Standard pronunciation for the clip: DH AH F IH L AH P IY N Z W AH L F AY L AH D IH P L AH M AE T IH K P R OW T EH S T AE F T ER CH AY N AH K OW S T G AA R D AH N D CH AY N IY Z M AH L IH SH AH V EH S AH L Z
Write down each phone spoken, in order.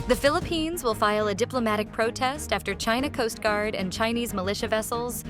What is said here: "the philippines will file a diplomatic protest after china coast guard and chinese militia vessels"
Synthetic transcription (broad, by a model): DH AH F IH L AH P IY N Z W AH L F AY L AH D IH P L AH M AE T IH K P R OW T EH S T AE F T ER CH AY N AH K OW S T G AA R D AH N CH AY N IY Z M AH L IH SH AH V EH S L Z